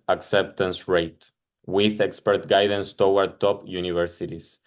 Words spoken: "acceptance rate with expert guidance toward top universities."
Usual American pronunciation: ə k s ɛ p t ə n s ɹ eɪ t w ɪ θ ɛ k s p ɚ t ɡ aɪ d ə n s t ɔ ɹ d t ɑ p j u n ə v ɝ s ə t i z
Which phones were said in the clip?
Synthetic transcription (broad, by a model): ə k s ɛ p t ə n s ɹ eɪ t w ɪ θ ɛ k s p ɚ t ɡ aɪ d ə n s t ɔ w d t ɑ p j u n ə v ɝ s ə t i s